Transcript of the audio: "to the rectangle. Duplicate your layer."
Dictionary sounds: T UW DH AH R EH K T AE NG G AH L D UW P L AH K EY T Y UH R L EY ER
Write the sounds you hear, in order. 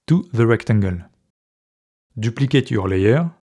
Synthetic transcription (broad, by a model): T UW DH AH R EH K T AE NG G AH L D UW P L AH K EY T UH R L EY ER